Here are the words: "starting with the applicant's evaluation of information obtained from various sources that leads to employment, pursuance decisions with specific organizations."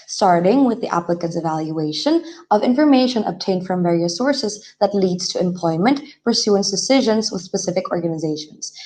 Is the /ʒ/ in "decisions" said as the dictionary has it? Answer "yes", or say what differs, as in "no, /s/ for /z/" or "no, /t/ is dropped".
yes